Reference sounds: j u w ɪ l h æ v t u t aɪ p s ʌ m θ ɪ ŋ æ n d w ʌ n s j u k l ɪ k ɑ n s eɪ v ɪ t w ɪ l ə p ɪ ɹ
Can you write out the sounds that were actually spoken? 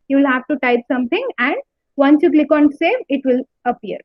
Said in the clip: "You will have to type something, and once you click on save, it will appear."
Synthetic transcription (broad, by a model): j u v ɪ l h æ v t u t aɪ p s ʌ m t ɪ ŋ æ n d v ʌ n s j u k l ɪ k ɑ n s eɪ v ɪ t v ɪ l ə p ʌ ɹ